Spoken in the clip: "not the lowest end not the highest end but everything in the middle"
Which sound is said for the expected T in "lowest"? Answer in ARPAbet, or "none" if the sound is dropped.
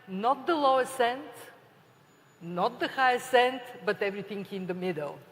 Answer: none